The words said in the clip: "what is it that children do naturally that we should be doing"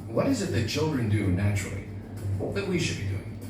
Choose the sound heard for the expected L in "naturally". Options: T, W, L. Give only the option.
W